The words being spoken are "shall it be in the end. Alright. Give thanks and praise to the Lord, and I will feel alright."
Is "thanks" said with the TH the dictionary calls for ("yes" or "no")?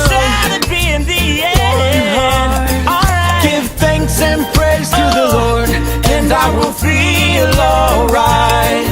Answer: yes